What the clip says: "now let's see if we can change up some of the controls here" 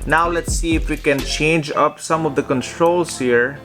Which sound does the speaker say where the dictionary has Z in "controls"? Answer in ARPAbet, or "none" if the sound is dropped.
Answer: S